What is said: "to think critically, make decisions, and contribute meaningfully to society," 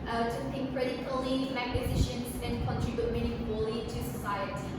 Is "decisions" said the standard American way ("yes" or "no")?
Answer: no